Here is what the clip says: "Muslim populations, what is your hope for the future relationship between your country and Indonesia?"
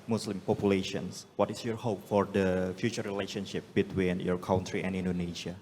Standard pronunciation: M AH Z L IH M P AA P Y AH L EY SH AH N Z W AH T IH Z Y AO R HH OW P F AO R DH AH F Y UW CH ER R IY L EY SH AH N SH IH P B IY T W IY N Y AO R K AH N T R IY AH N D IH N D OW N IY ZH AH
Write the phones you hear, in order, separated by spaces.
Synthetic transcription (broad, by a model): M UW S L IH M P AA P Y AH L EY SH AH N S W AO T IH S Y AO R HH OW P F AO R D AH F Y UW CH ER R IY L EY SH AH N SH IH P B IY T W IY N Y AO R K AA N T R IY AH N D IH N D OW N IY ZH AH